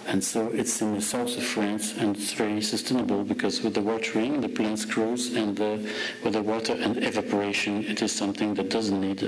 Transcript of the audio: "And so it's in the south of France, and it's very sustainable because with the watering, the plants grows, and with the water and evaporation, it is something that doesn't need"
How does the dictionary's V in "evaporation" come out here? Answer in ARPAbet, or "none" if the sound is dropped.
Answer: V